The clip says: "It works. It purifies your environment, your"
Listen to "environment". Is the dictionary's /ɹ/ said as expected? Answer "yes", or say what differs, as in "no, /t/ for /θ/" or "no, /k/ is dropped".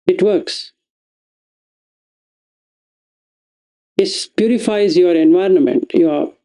yes